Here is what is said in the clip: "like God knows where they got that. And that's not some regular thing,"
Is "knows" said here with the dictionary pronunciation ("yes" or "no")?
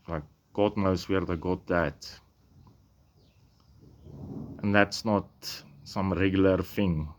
no